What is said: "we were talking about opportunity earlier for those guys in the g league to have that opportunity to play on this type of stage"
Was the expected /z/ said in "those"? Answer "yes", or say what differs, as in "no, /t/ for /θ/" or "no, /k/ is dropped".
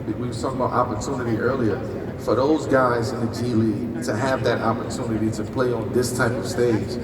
yes